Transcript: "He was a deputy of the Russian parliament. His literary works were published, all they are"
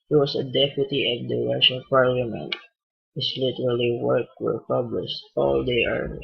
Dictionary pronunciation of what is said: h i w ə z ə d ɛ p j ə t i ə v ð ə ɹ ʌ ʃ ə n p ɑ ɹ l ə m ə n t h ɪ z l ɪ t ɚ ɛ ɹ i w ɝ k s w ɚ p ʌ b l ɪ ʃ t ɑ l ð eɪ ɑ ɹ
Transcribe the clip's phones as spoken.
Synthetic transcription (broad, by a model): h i w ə s ə d ɛ p j ə t i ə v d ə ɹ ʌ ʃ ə n p ɑ ɹ l ə m ə n t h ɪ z l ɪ t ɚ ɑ l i w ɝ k w ɚ p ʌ b l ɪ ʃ t ɑ l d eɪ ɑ ɹ